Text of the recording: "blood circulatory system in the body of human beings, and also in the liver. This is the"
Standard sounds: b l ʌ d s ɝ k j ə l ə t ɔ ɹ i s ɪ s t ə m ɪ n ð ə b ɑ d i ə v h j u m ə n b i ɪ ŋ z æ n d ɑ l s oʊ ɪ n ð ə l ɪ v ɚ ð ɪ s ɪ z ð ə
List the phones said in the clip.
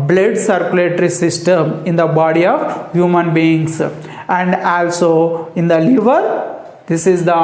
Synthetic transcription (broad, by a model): b l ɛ d s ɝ k j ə l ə t ɹ i s ɪ s t ə m ɪ n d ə b ɑ d i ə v h j u m ə n b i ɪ ŋ s æ n d ɑ l s oʊ ɪ n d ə l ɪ v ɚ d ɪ s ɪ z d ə